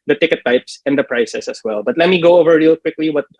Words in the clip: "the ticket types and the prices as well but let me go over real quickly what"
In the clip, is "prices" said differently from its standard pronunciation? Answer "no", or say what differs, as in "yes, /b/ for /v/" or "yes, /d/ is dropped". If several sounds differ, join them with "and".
yes, /s/ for /z/